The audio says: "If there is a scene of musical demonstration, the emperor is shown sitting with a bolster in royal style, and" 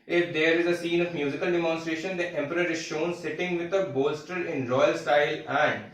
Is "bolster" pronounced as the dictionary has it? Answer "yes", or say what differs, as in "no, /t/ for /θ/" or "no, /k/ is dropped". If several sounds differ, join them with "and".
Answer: yes